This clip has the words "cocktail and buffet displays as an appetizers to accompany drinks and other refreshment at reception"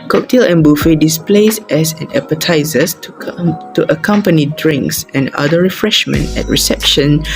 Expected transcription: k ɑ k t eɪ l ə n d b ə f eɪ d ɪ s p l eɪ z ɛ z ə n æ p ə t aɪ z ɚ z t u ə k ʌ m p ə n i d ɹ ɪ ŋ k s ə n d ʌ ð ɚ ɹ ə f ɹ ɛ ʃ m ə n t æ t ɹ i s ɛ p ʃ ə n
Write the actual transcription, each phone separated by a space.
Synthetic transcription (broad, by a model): k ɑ k t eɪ l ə n b ə f eɪ d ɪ s p l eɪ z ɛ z ə n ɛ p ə t aɪ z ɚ s t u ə k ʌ m p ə n i d ɹ ɪ ŋ k s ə n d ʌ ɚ ɹ ə f ɹ ɛ ʃ m ə n t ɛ t ɹ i s ɛ p ʃ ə n